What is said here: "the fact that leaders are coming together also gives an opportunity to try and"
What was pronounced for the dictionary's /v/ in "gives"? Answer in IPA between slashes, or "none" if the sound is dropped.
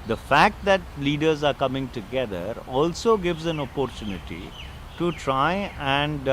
/v/